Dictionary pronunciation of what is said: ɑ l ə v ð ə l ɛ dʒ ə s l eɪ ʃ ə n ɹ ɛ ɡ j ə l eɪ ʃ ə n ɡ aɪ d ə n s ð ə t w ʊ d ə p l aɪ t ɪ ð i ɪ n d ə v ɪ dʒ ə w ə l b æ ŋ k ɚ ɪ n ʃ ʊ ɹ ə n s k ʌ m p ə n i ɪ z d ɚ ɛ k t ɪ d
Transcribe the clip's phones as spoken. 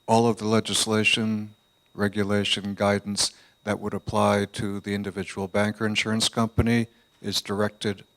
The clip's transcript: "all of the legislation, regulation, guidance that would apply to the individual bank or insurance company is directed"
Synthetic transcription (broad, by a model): ɑ l ə v ð ə l ɛ dʒ ə s l eɪ ʃ ə n ɹ ɛ ɡ j ə l eɪ ʃ ə n ɡ aɪ d n s ð ə t w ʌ d ə p l aɪ t ɪ ð i ɪ n d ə v ɪ dʒ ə w l b æ ŋ k ɚ ɪ n ʃ ʊ ɹ ə n s k ʌ m p ə n i ɪ z d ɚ ɛ k t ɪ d